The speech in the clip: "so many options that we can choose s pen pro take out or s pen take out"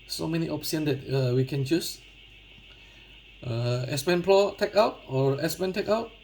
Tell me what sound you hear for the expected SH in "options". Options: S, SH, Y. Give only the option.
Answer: S